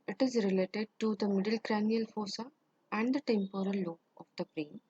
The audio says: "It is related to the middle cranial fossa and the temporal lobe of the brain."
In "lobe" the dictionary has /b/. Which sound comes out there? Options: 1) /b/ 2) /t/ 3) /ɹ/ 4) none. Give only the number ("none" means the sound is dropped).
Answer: 4